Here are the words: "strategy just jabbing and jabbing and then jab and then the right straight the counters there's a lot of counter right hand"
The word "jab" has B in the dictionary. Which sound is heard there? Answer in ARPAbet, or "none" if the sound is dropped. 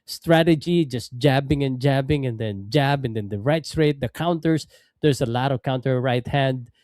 B